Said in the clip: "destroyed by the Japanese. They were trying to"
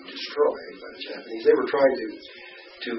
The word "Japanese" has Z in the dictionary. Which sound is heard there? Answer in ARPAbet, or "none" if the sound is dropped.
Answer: Z